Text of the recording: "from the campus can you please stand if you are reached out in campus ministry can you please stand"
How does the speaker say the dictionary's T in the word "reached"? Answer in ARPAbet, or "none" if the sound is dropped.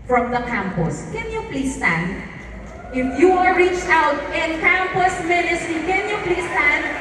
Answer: T